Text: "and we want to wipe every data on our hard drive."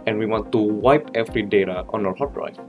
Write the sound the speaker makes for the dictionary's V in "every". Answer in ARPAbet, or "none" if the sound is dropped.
F